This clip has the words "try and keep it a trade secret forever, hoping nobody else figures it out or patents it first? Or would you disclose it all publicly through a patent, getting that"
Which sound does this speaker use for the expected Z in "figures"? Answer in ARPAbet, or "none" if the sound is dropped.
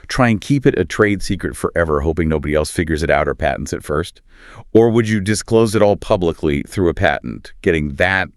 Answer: Z